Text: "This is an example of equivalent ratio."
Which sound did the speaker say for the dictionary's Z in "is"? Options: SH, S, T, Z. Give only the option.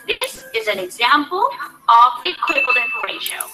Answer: Z